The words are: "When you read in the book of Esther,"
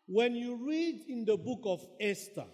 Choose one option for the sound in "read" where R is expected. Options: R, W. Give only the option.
R